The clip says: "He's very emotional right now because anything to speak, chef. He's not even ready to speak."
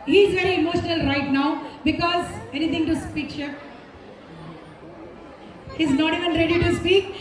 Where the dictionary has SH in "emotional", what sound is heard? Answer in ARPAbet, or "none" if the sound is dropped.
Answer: SH